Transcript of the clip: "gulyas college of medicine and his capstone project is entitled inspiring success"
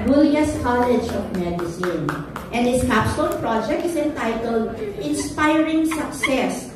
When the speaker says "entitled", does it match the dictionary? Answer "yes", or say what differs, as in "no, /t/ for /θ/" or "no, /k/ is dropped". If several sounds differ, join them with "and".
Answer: yes